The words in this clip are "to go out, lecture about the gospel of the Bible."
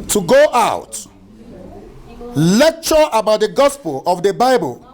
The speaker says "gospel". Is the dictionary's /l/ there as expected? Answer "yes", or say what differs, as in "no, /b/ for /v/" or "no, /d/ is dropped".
yes